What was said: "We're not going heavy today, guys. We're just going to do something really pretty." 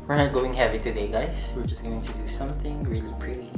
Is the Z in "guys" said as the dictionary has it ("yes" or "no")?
no